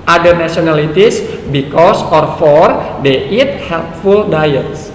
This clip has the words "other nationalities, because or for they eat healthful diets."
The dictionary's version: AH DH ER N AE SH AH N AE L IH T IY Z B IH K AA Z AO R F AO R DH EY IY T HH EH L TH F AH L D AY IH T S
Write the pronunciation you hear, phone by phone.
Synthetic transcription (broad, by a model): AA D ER N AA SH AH N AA L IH T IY S B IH K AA S AO R F AO R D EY IY T HH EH L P F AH L D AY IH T S